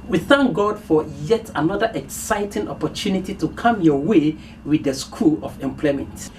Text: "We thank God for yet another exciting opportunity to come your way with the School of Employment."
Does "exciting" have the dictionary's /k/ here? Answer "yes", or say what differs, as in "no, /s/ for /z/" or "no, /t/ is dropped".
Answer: yes